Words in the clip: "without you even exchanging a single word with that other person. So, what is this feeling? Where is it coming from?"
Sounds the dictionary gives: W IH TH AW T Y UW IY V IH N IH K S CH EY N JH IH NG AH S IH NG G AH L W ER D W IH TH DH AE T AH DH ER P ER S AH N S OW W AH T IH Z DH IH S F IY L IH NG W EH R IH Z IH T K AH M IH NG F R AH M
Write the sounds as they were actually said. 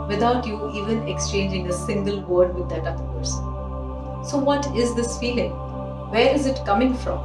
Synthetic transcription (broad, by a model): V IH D AW T Y UW IY V IH N IH K S CH EY N JH IH NG AH S IH NG G AH L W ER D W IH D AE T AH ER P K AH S S OW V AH T IH Z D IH S F IY L IH NG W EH R IH Z IH T K AH M IH NG F R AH M